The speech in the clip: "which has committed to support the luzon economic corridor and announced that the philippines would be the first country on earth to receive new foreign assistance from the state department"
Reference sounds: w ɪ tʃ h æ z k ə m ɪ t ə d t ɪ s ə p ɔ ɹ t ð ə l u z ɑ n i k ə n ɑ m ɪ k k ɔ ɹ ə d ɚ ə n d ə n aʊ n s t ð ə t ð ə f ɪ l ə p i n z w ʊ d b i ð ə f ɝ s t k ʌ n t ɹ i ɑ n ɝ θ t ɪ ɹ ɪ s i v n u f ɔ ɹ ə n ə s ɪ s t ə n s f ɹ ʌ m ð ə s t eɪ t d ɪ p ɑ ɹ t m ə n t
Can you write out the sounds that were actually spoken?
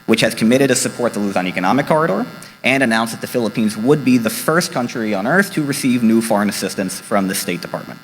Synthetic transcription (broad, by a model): w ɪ tʃ h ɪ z k ə m ɪ t ə d t ɪ s ə p ɔ ɹ t ð ə l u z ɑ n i k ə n ɑ m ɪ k k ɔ ɹ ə d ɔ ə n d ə n aʊ n s ð ə t ð ə f ɪ l ə p i n z w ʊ d b i ð ə f ɝ s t k ʌ n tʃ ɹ i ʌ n ɝ θ t ɪ ɹ ɪ s i v n u f ɔ ɹ ə n ə s ɪ s t ə n s f ɹ ʌ m ð ə s t eɪ t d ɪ p ɑ ɹ t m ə n t